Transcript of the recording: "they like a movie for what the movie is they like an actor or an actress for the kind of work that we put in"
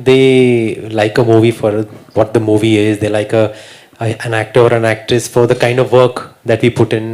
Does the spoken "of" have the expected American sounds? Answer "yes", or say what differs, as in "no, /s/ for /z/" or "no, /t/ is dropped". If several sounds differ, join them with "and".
yes